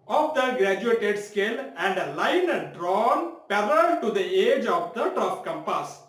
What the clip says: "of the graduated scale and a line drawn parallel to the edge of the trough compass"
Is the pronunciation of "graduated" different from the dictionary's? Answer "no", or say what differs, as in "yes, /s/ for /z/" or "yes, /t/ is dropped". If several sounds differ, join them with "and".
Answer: no